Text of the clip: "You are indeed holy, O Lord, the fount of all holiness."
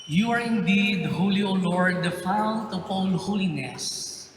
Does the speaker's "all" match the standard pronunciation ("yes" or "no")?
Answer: no